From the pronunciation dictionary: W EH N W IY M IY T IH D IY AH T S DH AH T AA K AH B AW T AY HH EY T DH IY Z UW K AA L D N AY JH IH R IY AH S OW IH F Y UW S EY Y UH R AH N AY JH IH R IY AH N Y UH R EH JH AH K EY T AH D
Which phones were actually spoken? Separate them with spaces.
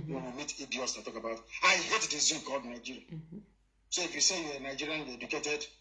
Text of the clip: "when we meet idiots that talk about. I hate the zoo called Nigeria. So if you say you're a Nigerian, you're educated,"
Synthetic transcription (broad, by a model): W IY W IY M IY T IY D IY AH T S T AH T AA K AH B AW T AY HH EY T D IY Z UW K AA L D N AY JH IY R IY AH S OW IH F Y UW S EY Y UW W AH N AY JH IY R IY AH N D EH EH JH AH K EY T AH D